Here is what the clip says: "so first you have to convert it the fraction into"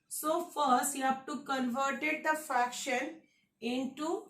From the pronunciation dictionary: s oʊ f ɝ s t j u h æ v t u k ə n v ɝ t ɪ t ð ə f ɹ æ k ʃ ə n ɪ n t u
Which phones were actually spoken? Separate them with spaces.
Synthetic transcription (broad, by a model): s oʊ f ɝ s t j u h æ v t u k ə n v ɝ t ɪ t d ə f ɹ æ k ʃ ə n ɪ n t u